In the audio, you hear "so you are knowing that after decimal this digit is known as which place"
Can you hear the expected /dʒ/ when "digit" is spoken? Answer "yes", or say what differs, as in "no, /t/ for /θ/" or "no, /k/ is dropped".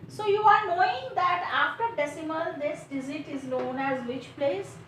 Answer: no, /z/ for /dʒ/